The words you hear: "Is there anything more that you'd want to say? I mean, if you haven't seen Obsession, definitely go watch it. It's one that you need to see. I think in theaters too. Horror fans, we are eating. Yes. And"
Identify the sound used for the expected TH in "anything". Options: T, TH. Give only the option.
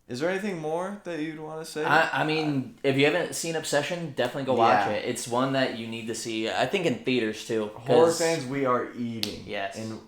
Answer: TH